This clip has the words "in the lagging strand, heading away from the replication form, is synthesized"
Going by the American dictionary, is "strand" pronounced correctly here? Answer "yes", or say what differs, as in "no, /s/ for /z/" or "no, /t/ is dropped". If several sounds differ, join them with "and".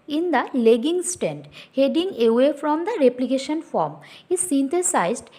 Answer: no, /ɹ/ is dropped